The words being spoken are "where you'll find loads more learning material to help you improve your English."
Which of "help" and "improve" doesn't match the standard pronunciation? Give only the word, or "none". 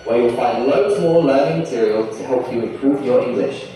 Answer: none